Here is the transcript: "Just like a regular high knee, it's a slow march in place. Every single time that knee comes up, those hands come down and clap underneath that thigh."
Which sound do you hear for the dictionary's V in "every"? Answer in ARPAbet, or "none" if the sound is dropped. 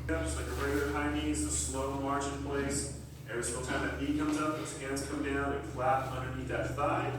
none